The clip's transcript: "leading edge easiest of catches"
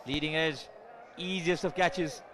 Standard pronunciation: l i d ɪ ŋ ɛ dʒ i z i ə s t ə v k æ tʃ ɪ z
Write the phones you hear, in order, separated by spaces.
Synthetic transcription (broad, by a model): l i d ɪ ŋ ɛ dʒ i z i ə s t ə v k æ tʃ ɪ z